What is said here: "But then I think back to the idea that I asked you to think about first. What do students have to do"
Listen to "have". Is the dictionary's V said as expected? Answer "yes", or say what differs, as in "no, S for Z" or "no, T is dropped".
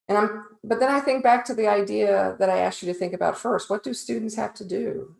no, F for V